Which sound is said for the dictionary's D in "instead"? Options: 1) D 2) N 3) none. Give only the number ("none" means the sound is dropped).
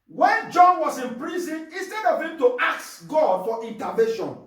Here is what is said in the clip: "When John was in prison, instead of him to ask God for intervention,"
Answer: 1